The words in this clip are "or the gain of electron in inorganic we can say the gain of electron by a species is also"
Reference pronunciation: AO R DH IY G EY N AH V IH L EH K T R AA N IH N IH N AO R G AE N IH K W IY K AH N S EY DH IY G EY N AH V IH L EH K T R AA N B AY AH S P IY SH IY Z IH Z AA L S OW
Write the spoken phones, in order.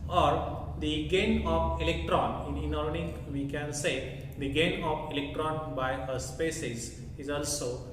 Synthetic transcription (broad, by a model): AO R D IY G EY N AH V IH L EH K T R AA N IH N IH N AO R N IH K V IY K AH N S EY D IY G EY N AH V IH L EH K T R AA N B AY AH S P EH S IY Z IH Z AA L S OW